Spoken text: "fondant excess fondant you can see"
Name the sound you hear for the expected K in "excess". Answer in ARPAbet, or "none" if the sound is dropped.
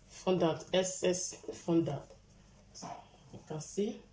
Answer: none